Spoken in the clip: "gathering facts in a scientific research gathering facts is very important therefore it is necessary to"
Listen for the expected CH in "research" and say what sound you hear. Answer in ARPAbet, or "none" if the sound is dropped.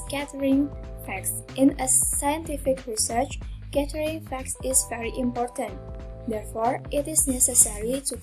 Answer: CH